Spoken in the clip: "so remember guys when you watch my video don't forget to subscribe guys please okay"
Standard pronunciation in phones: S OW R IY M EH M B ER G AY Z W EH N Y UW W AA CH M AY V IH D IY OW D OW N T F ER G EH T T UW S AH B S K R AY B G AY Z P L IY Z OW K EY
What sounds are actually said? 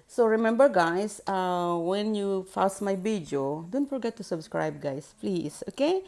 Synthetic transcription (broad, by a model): S OW R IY M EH M B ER G AY S W EH N Y UW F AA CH M AY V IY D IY OW D OW N T F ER G EH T T UW S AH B S K R AY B G AY S P L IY S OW K EY